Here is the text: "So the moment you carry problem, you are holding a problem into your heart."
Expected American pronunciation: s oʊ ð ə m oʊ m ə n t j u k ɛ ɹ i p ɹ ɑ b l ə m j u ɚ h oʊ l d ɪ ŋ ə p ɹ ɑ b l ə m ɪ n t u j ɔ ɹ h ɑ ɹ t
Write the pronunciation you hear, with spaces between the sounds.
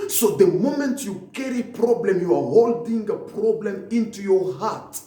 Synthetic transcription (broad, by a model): s oʊ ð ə m oʊ m ə n t j u k ɛ ɹ i p ɹ ɑ b l ə m j u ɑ h oʊ l d ɪ ŋ ə p ɹ ɑ b l ə m ɪ n t u j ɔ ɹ h ɑ t